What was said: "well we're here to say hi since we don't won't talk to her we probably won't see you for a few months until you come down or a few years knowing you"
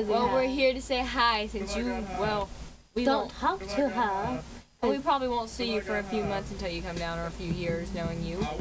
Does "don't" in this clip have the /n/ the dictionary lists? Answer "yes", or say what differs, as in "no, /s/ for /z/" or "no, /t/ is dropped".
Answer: no, /l/ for /n/